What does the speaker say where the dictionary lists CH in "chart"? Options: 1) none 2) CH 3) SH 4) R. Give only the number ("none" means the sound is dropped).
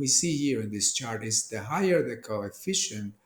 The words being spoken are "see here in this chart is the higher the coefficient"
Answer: 2